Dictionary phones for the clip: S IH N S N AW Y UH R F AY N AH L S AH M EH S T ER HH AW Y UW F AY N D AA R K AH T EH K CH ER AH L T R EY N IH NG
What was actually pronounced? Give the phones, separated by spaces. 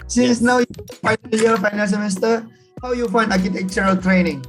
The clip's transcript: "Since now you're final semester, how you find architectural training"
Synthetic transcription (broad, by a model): S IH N S N AW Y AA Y F AY N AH N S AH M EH S T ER HH AW Y UW F AY N D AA K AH T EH K CH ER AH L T R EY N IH NG